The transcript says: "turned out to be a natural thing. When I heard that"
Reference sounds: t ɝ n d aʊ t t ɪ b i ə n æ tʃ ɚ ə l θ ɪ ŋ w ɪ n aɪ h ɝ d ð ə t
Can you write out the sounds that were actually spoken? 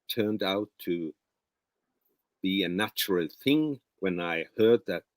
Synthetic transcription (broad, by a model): t ɝ n d aʊ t t ɪ b i ə n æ tʃ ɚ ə l θ ɪ ŋ w ɪ n aɪ h ɝ d ð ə t